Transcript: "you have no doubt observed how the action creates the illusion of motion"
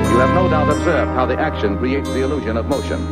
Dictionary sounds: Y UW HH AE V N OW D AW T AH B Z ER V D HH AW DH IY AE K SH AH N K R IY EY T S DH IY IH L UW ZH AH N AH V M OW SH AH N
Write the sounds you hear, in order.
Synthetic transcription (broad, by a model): Y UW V N OW D AW T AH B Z ER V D HH AW DH IY AE K SH AH N K R IY EY T S DH IY IH L UW ZH AH N AH V M OW SH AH N